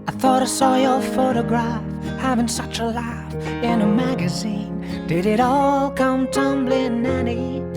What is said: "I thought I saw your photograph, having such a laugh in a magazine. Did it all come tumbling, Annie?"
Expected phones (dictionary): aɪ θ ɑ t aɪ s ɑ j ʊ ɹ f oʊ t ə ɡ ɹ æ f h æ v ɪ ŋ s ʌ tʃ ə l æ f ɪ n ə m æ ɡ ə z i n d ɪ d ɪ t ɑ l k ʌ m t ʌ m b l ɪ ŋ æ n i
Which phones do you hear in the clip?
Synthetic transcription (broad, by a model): aɪ θ ɑ t aɪ s ɑ j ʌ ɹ f oʊ t ə ɡ ɹ æ f h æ v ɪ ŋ s ʌ tʃ ə l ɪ f ɪ n ə m æ ɡ ə z i n d ɪ d ɪ t ɑ l k ʌ m t ʌ m b l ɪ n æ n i